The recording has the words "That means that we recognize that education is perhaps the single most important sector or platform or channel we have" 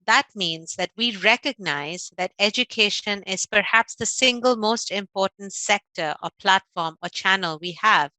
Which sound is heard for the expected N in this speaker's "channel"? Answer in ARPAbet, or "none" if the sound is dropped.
N